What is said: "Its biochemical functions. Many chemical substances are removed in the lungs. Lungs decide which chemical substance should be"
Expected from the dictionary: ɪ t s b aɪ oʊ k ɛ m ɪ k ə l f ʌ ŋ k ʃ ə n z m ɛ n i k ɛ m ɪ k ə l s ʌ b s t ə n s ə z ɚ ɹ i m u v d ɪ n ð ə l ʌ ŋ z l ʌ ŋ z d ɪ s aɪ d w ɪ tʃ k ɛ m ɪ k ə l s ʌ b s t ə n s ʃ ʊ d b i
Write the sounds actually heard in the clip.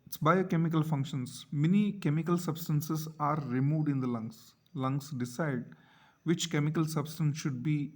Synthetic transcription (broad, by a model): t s b aɪ oʊ k ɛ m ɪ k ə l f ʌ ŋ k ʃ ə n s m ɛ n i k ɛ m ɪ k ə l s ʌ b s t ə n s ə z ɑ ɹ i m u v d ɪ n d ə l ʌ ŋ s l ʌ ŋ s d ɪ s aɪ d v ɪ tʃ k ɛ m ɪ k ə l s ʌ b s t ə n s ʃ ʊ d b i